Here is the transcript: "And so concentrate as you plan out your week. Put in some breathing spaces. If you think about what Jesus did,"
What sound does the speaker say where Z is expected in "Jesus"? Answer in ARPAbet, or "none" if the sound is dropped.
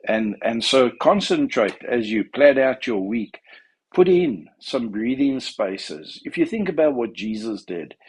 Z